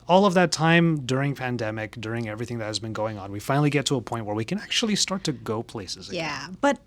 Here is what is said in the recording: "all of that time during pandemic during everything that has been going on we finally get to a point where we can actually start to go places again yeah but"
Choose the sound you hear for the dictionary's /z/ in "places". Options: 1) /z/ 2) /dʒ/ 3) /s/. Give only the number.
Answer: 1